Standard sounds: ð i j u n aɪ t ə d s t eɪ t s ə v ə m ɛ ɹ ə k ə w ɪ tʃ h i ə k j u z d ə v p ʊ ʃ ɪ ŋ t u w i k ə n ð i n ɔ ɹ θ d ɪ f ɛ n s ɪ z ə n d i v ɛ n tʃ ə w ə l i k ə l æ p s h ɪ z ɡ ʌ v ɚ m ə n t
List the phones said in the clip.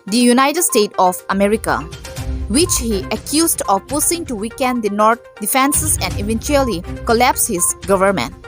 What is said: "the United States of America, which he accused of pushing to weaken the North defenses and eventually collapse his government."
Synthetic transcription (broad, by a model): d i j u n aɪ t ə d s t eɪ t ə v ə m ɛ ɹ ə k ə w ɪ tʃ h i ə k j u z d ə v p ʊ s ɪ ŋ t u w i k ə n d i n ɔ ɹ t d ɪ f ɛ n s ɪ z ə n d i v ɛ n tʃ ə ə l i k ə l æ p s h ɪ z ɡ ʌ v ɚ m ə n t